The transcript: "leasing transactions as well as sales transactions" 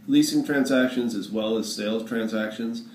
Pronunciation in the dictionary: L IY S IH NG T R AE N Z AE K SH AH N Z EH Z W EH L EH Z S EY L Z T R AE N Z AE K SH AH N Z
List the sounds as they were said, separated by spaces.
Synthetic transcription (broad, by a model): L IY S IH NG T R AE N Z AE K SH AH N Z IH Z W EH L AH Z S EY L Z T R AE N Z AE K SH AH N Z